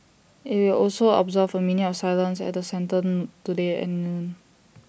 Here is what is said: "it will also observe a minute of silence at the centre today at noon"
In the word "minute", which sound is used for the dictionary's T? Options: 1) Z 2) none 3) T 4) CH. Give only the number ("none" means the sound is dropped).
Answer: 2